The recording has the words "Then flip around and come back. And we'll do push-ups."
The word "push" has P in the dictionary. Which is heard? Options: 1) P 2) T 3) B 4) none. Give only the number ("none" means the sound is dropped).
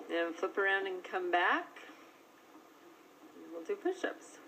3